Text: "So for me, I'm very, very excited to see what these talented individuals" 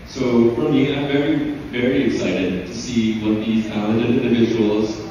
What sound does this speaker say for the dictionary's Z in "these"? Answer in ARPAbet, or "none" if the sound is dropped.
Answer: Z